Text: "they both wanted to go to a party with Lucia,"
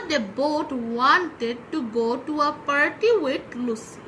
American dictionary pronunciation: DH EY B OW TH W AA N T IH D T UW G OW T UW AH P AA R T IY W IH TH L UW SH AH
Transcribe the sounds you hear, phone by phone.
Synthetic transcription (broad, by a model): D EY B OW T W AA N T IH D T UW G OW T UW AH P AA R T IY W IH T L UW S